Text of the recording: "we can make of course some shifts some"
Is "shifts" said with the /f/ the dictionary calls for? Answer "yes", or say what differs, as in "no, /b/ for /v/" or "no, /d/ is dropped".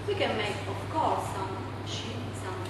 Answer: no, /f/ is dropped